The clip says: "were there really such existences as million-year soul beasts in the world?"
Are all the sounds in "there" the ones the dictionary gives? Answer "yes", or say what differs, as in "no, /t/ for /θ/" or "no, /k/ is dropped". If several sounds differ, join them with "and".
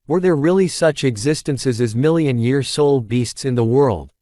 yes